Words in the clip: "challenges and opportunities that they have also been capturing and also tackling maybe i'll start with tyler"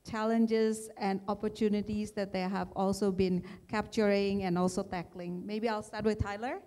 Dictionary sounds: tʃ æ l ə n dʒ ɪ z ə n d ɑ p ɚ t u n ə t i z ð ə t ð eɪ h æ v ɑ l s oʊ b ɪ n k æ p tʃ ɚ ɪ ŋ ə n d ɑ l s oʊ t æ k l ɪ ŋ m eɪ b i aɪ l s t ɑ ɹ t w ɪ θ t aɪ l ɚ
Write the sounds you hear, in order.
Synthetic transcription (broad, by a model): tʃ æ l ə n dʒ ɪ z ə n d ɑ p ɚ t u n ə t i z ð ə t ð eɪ h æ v ɑ l s oʊ b ɪ n k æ p tʃ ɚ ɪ ŋ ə n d ɑ l s oʊ t æ k l ɪ ŋ m eɪ b i aɪ l s t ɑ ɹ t w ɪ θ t aɪ l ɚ